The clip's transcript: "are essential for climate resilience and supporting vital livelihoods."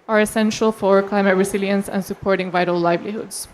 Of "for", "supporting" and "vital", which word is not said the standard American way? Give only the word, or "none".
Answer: none